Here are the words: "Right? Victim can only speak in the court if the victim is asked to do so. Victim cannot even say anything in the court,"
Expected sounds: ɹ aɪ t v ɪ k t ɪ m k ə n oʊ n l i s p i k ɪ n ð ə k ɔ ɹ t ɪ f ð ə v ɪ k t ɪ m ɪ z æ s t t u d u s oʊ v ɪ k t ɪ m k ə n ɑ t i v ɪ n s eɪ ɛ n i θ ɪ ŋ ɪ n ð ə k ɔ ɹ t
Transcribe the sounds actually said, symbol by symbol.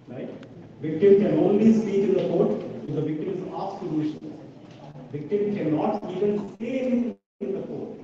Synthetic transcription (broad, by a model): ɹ aɪ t v ɪ k t ɪ m k ə n oʊ n l i s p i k ɪ n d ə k ɔ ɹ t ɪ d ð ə v ɪ k t ɪ m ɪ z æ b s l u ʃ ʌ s v ɪ k t ɪ m k ə n ɑ t i v ɪ n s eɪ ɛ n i s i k ɪ n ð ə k ɔ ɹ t